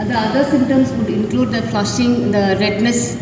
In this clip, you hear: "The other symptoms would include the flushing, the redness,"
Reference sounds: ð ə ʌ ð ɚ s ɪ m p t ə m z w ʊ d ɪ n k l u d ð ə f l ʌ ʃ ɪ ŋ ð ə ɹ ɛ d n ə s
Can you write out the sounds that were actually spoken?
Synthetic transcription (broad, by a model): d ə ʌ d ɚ s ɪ m t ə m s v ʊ d ɪ n k l u d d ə f l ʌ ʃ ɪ ŋ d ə ɹ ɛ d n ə s